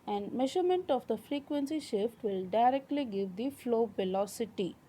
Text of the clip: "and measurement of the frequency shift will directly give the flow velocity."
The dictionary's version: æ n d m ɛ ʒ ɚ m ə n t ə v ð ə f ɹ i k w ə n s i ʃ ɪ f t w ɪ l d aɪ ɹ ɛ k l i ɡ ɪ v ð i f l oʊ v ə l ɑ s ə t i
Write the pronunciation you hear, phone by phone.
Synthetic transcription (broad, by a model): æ n d m ɛ ʒ ɚ m ə n t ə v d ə f ɹ i k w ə n s i ʃ ɪ f t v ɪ l d aɪ ɹ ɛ k l i ɡ ɪ v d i f l oʊ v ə l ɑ s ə t i